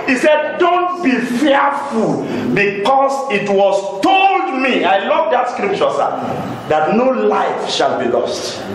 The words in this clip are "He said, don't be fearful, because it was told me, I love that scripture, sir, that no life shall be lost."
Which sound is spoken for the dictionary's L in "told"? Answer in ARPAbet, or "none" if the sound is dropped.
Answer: L